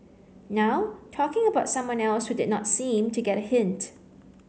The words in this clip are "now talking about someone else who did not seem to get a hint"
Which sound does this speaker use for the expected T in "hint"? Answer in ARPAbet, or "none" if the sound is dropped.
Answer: T